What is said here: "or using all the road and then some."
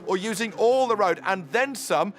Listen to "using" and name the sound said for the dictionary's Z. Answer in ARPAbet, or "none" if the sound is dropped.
Z